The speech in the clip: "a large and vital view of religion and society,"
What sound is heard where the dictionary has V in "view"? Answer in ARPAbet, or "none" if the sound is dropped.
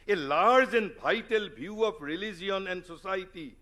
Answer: B